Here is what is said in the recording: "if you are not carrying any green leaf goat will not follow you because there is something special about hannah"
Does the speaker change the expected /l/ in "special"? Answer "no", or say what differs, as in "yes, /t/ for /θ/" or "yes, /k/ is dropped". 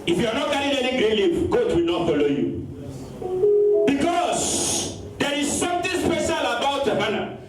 no